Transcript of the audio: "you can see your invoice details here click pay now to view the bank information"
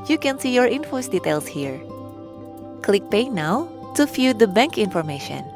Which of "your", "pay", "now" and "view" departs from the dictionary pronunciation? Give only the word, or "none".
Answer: view